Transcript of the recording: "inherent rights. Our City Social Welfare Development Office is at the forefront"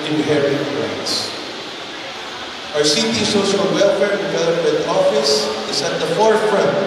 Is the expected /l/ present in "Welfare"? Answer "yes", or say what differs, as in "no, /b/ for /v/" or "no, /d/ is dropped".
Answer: yes